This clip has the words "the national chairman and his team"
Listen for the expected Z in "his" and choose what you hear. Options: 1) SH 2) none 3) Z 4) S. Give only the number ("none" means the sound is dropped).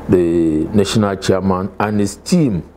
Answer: 4